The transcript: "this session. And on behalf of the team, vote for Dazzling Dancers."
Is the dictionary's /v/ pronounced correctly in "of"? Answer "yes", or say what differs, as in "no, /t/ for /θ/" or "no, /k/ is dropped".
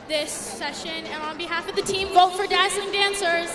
yes